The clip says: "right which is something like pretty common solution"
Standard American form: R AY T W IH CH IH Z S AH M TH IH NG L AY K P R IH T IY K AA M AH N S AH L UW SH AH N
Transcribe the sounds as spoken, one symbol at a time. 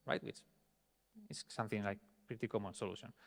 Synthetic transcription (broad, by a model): R AY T W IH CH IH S S AH M TH IH NG L AY K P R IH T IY K AA M AH N S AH L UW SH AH N